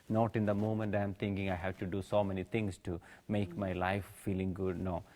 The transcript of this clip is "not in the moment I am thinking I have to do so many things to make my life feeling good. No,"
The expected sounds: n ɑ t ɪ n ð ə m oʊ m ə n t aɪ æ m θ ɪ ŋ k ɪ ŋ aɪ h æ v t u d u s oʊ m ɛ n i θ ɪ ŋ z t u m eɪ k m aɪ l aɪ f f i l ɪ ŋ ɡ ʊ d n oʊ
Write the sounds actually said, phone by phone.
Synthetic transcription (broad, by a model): n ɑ t ɪ n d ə m oʊ m ə n t aɪ m t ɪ ŋ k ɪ ŋ aɪ h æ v t u d u s oʊ m ɛ n i t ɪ ŋ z t u m eɪ k m aɪ l aɪ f f i l ɪ ŋ ɡ ʊ d n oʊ